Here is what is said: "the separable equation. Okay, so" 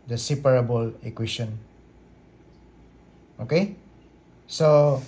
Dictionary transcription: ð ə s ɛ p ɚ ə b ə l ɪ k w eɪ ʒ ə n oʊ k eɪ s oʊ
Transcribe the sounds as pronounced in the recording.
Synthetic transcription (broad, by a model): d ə s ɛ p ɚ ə b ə l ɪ k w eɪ ʃ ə n oʊ k eɪ s oʊ